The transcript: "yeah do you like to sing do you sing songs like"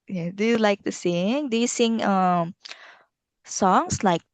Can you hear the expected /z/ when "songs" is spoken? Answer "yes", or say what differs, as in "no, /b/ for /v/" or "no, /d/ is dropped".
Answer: no, /s/ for /z/